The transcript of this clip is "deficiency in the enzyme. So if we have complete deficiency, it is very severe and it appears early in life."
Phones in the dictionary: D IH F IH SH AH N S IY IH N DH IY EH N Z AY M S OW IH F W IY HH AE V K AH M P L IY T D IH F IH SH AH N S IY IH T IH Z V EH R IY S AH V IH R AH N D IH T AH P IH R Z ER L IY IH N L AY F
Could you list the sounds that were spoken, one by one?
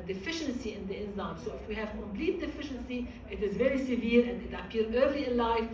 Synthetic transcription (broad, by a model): D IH F IH SH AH N S IY IH N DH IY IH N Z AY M S OW IH F W IY HH AE V K AH M P L IY T D IH F IH SH AH N S IY IH T IH Z V EH R IY S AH V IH R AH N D IH T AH P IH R ER L IY IH N L AY F